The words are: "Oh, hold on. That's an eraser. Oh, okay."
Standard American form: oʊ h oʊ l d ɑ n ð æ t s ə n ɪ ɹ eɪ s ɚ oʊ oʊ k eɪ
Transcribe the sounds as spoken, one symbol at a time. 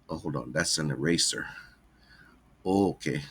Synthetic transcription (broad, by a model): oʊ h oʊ d ɑ n ð æ t s ə n ɪ ɹ eɪ s ɚ oʊ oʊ k eɪ